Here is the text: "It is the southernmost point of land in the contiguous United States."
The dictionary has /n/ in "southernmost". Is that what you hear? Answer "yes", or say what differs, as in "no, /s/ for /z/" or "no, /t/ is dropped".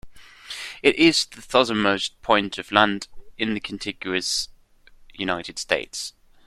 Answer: no, /n/ is dropped